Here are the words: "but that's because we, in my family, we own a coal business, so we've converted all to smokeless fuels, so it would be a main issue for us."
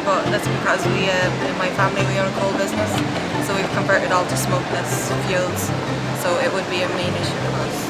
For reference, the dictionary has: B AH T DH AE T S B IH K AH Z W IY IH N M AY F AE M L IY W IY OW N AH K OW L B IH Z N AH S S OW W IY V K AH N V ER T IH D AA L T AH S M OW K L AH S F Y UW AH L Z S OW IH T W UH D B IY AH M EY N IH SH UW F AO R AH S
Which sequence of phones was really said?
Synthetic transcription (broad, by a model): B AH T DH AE T S B IH K AH Z W IY IH N M AY F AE M L IY W IY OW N AH K OW L B IH Z N AH S S OW W IY V K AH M V ER T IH D AA L T AH S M OW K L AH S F Y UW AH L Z S OW IH T W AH D B IY AH M EY N IH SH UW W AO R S